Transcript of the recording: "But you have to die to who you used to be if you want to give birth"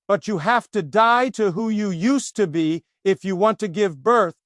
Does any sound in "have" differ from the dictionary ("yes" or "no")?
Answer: yes